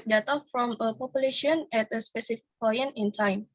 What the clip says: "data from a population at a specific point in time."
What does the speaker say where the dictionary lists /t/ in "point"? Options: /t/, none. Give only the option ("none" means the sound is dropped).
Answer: none